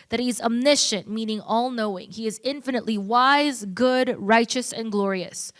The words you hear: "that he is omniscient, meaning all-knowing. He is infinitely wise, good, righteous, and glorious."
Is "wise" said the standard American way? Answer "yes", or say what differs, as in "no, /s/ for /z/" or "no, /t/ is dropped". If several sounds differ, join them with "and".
yes